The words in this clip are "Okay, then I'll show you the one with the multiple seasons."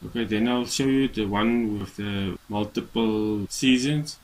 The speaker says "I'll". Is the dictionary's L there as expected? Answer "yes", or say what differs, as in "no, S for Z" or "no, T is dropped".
yes